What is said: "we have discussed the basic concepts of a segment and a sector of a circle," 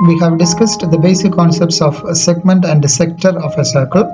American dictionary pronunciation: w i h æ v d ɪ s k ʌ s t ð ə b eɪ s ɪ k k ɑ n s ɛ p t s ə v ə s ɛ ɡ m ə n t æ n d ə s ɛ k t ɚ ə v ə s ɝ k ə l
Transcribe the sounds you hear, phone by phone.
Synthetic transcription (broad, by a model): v i h æ v d ɪ s k ʌ s t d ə b eɪ s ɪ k k ɑ n s ɛ p t s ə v s ɛ ɡ m ə n t æ n d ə s ɛ k t ɚ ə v ə s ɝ k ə l